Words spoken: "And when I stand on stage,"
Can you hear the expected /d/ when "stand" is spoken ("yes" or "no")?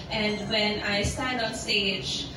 yes